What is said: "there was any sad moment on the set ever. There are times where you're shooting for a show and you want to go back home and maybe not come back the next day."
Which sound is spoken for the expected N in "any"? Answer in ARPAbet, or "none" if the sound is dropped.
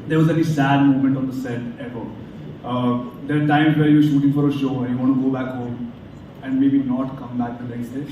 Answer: L